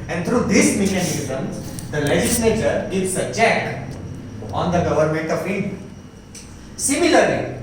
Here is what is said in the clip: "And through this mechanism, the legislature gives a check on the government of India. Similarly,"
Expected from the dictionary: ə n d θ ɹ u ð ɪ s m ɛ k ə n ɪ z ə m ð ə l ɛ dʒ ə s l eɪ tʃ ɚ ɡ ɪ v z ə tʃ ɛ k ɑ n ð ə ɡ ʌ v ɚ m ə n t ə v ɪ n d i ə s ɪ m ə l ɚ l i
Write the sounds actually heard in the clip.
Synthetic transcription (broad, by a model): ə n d t ɹ u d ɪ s m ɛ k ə n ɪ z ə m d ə l ɛ dʒ ə s l eɪ tʃ ɚ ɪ z ə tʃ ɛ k ɑ n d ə ɡ ʌ v ɚ m ə n t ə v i d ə s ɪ m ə l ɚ l i